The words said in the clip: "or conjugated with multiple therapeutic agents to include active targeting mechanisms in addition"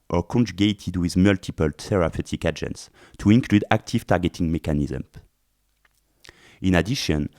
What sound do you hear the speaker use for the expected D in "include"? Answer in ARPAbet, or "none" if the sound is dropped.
D